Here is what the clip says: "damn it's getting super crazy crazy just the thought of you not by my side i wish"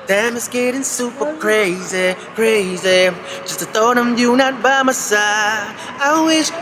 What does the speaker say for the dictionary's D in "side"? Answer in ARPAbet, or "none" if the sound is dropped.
none